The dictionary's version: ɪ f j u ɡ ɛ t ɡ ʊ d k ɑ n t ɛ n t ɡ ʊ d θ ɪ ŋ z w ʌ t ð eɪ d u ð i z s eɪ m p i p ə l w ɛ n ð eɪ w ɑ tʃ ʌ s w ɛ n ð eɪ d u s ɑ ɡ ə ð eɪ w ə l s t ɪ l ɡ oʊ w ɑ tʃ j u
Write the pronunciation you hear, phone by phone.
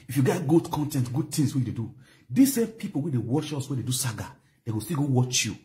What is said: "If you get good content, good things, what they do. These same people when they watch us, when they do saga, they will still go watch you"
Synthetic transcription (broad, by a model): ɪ f j u ɡ ɛ t ɡ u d k ɑ n t ɛ n t ɡ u d t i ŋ s w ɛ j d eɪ d u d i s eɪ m p i p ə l w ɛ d eɪ w ɑ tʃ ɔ s w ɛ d eɪ d u s ɑ ɡ ə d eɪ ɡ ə s t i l ɡ oʊ w ɑ tʃ j u